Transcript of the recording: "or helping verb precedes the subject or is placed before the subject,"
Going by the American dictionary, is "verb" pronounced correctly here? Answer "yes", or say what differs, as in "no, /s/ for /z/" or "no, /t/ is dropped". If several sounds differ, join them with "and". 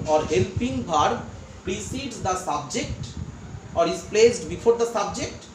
no, /b/ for /v/